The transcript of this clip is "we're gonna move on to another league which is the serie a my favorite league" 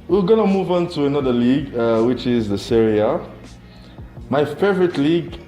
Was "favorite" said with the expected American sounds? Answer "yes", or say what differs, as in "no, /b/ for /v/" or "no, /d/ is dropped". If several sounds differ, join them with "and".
yes